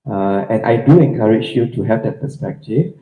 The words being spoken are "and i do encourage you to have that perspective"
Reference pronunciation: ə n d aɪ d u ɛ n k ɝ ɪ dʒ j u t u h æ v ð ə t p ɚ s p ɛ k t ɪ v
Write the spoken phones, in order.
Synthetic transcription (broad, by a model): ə n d aɪ d u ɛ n k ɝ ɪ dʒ j u t u h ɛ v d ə t p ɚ s p ɛ k t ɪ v